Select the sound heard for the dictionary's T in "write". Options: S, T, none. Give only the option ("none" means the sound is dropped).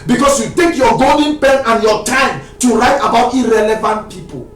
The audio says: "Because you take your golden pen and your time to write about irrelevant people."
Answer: T